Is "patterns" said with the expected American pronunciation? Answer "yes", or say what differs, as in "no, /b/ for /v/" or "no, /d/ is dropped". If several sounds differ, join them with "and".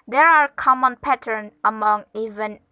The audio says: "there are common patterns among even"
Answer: no, /z/ is dropped